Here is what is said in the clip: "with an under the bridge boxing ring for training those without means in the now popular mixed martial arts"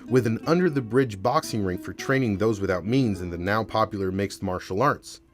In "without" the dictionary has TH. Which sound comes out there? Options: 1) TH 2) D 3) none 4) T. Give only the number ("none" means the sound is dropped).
1